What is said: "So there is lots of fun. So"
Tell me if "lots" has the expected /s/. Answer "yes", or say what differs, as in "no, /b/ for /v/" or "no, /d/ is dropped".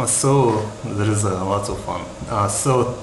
no, /s/ is dropped